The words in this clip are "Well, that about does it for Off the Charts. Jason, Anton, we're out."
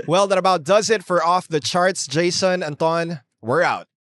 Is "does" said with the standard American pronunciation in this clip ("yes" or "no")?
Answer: yes